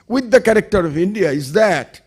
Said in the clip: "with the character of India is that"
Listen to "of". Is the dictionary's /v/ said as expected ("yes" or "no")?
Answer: yes